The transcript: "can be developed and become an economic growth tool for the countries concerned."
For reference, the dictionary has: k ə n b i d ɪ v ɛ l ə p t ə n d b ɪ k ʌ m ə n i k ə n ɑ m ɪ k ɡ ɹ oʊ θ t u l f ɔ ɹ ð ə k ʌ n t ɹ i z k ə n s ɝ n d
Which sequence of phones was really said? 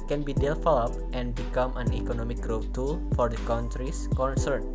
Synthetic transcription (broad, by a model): k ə n b i d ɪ f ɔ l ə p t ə n b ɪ k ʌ m ə n i k ə n ɑ m ɪ k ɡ ɹ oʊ t t u l f ɔ ɹ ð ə k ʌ n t ɹ i s k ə n s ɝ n